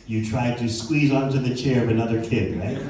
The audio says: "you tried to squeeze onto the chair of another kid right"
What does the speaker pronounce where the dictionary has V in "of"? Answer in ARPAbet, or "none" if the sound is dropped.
V